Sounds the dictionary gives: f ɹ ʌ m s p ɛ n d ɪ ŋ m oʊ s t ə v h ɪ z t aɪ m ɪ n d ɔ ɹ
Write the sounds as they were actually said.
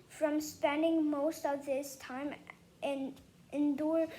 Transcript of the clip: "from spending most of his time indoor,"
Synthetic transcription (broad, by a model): f ɹ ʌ m s p ɛ n d ɪ ŋ m oʊ s t ə v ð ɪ s t aɪ m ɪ n d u ɹ